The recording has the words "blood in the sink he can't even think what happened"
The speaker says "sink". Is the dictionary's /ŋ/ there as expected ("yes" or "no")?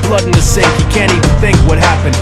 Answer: no